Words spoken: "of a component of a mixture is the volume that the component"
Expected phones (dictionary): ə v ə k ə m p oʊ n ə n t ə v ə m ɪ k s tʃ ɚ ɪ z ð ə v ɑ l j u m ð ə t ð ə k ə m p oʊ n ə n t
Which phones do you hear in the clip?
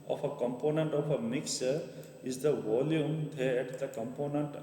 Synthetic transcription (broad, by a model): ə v ə k ə m p oʊ n ə n t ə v ə m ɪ k s ɚ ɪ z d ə v ɑ l j u m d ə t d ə k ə m p oʊ n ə n t